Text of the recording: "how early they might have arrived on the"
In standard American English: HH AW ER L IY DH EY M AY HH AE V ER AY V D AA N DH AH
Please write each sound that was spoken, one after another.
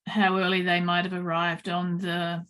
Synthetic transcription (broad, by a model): HH AW ER L IY DH EY M AY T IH V ER AY V D N DH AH